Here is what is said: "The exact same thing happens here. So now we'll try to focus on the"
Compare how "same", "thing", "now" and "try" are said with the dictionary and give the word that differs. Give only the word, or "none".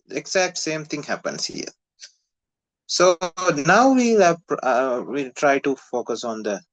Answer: thing